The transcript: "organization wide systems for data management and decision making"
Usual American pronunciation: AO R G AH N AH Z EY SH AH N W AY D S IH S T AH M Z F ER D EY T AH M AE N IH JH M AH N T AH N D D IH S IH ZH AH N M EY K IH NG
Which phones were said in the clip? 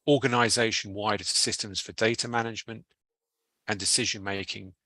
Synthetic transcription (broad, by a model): AO G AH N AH Z EY SH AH N W AY D S IH S T AH M Z F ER D EY T AH M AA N IH JH M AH N T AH N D D IH S IH ZH AH N M EY K IH NG